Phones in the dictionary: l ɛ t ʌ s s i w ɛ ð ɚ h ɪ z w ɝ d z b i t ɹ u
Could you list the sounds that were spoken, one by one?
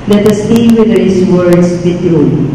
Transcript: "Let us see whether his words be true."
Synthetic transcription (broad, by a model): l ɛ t ʌ s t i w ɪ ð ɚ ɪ s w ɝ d s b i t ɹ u